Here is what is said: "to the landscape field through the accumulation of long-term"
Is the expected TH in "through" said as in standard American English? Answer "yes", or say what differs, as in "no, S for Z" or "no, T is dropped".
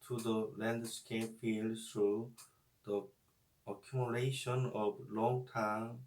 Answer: no, T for TH